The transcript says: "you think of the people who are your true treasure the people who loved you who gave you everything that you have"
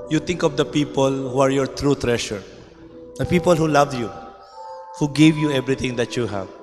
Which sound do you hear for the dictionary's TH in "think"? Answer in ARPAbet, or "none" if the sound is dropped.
T